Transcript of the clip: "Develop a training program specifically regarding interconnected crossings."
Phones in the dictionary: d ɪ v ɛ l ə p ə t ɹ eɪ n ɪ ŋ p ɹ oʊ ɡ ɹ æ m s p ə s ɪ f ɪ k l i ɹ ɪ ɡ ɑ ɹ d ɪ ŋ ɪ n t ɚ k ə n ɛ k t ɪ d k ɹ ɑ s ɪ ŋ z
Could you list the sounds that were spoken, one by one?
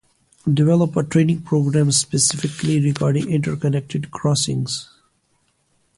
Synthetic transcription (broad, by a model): d ɪ v ɛ l ə p ə t ɹ eɪ n ɪ ŋ p ɹ oʊ ɡ ɹ æ m s p ə s ɪ f ɪ k l i ɹ ɪ ɡ ɑ ɹ d ɪ ŋ ɪ n t ɚ k ə n ɛ k t ɪ d k ɹ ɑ s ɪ ŋ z